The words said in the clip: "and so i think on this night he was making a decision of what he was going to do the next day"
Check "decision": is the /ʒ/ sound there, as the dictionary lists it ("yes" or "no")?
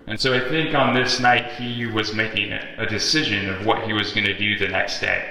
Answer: yes